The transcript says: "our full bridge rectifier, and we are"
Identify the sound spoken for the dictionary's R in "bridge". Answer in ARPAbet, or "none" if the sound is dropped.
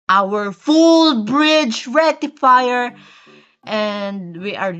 R